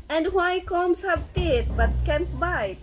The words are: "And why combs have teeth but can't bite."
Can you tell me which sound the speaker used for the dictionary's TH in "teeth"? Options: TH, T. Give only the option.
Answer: T